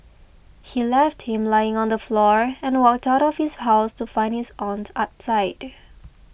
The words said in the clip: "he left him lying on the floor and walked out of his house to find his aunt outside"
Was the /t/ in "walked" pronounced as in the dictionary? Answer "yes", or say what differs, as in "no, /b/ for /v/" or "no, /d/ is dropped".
yes